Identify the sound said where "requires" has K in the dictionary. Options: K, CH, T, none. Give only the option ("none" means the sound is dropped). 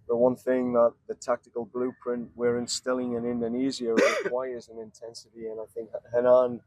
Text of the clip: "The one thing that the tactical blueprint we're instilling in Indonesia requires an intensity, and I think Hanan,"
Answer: none